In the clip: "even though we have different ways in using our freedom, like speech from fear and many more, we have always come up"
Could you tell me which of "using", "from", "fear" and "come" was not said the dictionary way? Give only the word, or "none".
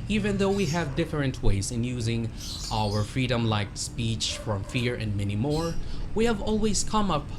none